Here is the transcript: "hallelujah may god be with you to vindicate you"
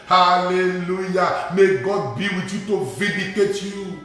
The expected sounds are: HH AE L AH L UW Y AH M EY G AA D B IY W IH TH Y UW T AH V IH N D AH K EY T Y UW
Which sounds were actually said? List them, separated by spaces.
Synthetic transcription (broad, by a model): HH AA L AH L UW Y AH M EY G AA D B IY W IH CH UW T AH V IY D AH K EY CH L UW